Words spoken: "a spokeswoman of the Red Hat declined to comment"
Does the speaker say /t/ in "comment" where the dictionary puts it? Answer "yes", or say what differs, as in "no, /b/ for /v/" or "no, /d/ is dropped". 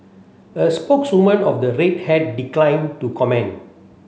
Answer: no, /t/ is dropped